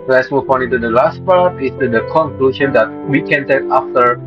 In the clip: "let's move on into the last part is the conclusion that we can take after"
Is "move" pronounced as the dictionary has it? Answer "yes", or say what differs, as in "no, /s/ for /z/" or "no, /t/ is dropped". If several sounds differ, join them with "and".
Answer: no, /f/ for /v/